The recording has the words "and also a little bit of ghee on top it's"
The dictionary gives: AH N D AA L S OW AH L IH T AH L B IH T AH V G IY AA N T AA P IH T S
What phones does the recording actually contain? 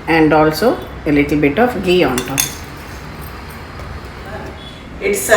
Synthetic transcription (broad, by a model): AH N D AA L S OW AH L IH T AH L B IH T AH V G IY AA N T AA IH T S